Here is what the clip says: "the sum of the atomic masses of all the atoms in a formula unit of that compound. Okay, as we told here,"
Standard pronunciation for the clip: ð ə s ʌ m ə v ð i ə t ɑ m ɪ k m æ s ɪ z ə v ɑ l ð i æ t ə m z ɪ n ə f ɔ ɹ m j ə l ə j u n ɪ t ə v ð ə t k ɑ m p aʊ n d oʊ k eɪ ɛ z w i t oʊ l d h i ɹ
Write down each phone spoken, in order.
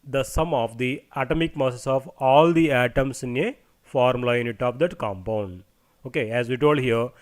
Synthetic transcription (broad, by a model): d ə s ʌ m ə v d i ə t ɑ m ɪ k m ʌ s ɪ s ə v ɑ l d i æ t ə m s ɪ n ə f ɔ ɹ m l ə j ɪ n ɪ t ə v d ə t k ɑ m p aʊ n d oʊ k eɪ ɛ z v i t oʊ l d h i ɹ